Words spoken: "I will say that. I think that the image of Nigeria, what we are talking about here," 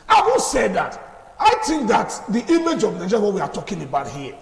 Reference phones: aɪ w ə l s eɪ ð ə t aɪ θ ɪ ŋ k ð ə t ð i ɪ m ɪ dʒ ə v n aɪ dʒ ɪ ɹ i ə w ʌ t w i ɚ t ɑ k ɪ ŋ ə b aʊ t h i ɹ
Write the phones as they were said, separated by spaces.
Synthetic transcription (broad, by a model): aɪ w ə n s eɪ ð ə t aɪ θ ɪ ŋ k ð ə t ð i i m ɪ dʒ ə v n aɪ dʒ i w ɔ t w i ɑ t ɑ k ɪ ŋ ə b aʊ t h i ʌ